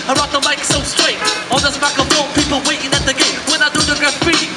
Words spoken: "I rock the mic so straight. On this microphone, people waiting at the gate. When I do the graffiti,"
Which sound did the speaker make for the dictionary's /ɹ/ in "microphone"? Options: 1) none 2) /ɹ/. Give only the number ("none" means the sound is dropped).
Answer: 1